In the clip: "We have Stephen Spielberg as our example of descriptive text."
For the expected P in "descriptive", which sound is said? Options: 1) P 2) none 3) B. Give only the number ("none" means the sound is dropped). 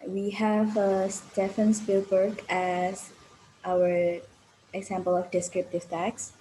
1